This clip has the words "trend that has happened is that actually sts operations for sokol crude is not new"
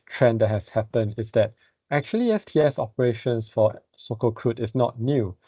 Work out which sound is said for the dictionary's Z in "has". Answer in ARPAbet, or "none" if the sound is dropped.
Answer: S